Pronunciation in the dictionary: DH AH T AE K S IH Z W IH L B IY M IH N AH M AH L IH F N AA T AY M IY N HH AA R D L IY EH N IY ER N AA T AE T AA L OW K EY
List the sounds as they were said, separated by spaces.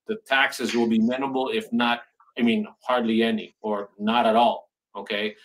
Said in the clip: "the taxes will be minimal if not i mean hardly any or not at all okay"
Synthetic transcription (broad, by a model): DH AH T AE K S IH Z W IH L B IY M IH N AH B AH L IH F N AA T AY M IY N HH AA R D L IY EH N IY ER N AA T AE T AA L OW K EY